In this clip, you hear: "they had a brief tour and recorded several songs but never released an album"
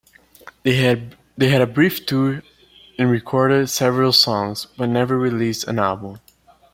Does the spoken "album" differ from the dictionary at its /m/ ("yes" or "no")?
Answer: no